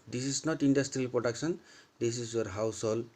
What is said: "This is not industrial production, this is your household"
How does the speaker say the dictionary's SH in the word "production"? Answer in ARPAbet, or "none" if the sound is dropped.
S